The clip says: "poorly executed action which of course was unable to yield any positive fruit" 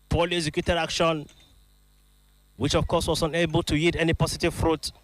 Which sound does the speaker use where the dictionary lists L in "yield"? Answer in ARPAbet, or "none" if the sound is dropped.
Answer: none